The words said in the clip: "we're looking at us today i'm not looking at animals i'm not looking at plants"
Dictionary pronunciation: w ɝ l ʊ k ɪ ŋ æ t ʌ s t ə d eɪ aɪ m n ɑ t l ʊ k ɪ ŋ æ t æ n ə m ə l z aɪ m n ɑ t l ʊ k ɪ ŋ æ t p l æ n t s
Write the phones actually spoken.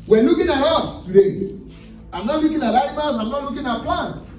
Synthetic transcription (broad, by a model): w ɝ l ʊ k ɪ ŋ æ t ʌ s t ə d eɪ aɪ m n ɑ t l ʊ k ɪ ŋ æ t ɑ ə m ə z aɪ m n ɑ t l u k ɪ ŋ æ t p l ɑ n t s